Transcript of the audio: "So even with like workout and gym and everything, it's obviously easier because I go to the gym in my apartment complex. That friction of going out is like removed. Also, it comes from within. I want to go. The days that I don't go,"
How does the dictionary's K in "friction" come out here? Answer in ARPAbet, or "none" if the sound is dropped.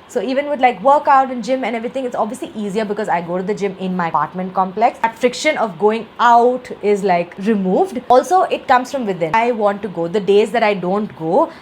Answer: K